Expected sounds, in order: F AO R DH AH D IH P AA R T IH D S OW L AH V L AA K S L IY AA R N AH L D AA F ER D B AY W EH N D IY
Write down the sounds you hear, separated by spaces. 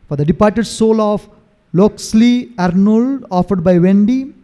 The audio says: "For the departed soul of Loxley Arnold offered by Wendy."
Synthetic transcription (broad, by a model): F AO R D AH D IH P AA R T IH D S OW L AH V L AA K S L IY AA R N AH L D AA F ER D B AY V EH N D IY